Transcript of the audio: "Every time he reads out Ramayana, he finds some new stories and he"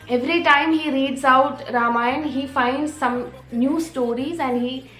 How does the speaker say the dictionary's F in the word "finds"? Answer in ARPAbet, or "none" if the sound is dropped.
F